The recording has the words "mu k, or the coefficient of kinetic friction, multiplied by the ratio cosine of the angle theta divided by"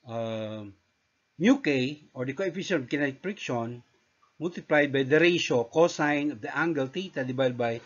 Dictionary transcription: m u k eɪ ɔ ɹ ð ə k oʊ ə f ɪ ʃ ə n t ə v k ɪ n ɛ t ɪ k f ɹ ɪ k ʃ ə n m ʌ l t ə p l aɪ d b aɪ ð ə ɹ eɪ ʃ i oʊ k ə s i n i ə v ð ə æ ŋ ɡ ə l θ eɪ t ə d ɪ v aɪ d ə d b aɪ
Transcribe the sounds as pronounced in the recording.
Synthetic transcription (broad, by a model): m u k eɪ ɔ ɹ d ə k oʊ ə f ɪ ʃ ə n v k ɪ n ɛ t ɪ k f ɹ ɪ k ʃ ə n m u l t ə p l aɪ d b aɪ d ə ɹ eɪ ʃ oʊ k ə s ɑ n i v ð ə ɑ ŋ ɡ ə l t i t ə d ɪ b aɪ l b aɪ